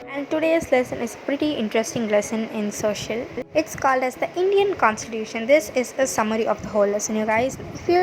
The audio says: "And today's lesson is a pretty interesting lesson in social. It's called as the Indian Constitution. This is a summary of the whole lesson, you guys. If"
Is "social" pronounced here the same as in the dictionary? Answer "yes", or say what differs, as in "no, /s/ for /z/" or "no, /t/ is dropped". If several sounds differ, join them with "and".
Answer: yes